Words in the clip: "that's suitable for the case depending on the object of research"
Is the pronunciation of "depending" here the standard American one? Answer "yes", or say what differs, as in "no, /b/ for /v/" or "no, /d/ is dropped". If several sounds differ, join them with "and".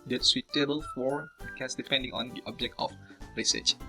yes